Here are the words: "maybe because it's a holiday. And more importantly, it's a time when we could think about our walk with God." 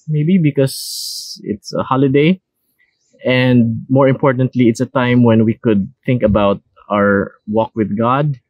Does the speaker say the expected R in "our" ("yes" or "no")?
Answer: yes